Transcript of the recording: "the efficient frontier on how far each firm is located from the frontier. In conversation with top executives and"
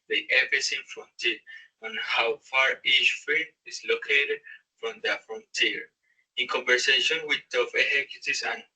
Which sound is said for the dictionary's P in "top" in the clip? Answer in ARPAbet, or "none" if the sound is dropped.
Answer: F